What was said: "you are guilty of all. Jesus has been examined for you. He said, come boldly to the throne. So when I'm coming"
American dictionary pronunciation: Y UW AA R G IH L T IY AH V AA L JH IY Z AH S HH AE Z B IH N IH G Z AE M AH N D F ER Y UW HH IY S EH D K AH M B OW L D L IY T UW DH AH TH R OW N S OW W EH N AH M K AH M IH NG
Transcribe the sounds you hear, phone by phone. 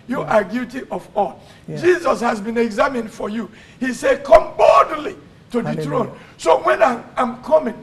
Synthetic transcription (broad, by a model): Y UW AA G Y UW T IY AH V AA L JH IY Z AH S HH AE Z B IH N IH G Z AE M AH N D F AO Y UW HH IY S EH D K AH M B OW D L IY T UW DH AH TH R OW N S OW W EH N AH M K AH M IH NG